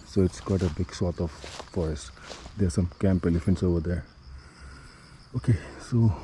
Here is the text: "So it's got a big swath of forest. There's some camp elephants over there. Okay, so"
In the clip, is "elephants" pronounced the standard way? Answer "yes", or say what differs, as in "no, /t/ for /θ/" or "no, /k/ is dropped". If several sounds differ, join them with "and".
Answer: yes